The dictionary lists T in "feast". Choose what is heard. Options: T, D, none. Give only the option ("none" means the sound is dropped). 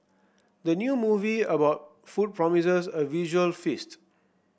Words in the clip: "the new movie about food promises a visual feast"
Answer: T